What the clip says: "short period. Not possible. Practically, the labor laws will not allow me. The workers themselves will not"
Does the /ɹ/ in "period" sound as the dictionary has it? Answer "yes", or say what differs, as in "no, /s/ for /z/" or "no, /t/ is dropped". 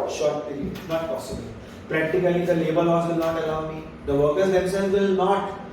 no, /ɹ/ is dropped